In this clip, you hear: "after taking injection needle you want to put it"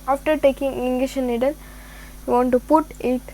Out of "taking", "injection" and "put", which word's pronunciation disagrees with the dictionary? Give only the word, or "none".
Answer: injection